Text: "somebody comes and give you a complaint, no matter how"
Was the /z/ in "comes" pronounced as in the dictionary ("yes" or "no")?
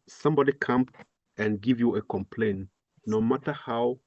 no